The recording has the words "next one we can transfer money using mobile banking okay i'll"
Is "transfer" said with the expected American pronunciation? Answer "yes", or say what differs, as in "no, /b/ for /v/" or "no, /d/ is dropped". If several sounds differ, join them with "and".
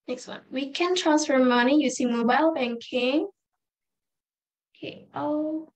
yes